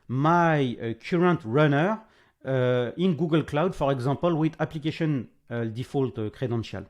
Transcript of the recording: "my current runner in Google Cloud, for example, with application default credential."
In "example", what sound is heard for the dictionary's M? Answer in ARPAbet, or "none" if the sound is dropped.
none